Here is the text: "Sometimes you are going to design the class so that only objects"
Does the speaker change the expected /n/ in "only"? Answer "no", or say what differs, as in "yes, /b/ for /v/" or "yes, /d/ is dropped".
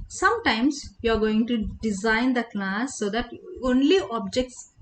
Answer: no